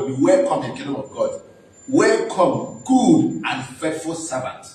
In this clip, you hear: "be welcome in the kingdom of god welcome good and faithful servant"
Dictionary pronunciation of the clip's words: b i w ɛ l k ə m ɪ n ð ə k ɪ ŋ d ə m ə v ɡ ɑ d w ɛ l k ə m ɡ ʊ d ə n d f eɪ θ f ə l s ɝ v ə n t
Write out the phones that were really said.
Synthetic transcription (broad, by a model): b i w ɛ l k ə m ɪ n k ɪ d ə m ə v ɡ ɑ d w ɛ l k ə m ɡ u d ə n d f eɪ t f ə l s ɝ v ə n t